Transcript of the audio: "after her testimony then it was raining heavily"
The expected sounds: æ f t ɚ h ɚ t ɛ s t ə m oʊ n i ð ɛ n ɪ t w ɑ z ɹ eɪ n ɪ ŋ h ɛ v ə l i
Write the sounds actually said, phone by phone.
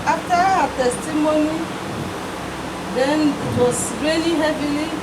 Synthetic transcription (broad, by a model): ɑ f t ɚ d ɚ t ɛ s t ə m oʊ n i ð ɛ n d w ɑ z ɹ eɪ l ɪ h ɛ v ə l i